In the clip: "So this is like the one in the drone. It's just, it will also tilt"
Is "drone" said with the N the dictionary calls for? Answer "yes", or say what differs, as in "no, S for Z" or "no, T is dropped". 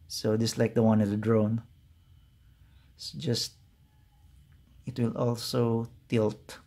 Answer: no, N is dropped